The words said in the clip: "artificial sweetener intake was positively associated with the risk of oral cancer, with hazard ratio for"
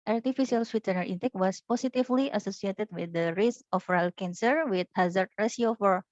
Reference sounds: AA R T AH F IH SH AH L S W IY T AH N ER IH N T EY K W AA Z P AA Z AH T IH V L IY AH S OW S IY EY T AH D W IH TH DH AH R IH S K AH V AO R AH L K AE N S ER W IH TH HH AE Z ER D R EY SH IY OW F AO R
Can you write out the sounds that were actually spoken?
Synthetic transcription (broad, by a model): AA R T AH F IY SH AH L S W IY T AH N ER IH N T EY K W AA S P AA S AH T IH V L IY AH S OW S IY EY T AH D W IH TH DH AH R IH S AH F R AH L K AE N S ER W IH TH HH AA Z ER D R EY S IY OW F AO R